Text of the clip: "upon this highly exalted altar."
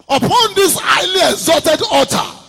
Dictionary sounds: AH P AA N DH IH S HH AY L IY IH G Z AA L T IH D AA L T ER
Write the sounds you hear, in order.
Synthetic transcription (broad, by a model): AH P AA N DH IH S AY L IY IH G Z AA T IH D AA T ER